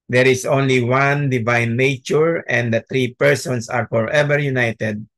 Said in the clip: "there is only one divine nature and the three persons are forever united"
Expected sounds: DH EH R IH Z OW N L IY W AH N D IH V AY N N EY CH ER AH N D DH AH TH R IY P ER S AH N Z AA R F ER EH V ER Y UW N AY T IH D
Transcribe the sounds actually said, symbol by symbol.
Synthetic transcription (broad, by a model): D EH R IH S OW N L IY W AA N D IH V AY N N EY CH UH AH N D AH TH R IY P ER S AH N S AA R F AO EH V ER Y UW N AY T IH D